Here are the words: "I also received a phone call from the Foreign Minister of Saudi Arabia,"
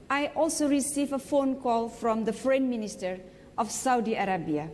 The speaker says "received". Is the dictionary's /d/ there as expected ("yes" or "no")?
no